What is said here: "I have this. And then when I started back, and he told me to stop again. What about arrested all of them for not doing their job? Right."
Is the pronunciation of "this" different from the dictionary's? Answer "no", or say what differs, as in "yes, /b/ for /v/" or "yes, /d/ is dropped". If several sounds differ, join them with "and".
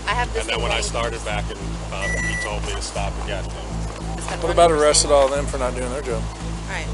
yes, /s/ is dropped